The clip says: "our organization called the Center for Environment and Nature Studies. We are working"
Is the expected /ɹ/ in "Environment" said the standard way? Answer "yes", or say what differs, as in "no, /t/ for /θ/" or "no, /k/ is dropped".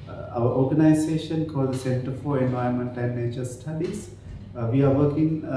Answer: no, /ɹ/ is dropped